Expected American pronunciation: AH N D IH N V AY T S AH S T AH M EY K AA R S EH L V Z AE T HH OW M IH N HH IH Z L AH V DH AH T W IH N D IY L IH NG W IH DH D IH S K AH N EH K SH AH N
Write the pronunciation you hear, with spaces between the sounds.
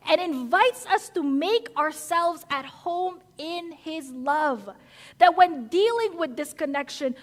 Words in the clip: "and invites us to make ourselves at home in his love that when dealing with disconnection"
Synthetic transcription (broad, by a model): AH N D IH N V AY T S AH S T AH M EY K AA R S EH L V Z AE T HH OW M IH N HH IH Z L AH V DH AH T W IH N D IY L IH NG W IH DH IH S K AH N EH K SH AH N